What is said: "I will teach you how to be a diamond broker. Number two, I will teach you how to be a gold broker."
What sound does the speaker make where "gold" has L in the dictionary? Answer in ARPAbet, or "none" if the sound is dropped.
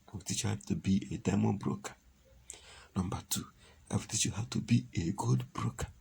none